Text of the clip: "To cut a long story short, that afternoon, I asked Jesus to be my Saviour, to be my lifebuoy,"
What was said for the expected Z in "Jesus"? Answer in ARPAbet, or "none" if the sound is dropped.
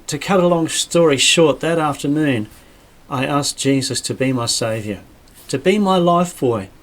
Z